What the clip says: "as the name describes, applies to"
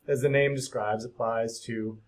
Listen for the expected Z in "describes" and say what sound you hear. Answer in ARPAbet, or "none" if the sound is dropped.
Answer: Z